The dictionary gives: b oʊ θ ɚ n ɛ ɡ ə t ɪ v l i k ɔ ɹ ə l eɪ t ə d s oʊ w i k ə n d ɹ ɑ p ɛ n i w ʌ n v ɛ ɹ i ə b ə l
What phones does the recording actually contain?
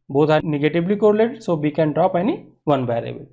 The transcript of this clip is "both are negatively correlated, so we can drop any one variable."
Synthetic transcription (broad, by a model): b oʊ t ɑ n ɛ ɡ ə t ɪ b l i k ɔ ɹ l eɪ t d s oʊ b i k ə n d ɹ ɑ p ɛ n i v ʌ n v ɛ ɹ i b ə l